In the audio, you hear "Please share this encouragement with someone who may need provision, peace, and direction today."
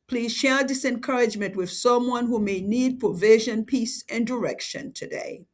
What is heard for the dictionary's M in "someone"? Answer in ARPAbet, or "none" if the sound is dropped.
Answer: M